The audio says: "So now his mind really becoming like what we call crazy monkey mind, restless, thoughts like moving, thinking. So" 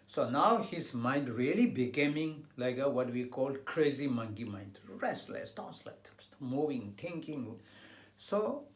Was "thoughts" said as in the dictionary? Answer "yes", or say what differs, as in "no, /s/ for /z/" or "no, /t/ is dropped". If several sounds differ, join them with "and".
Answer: no, /t/ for /θ/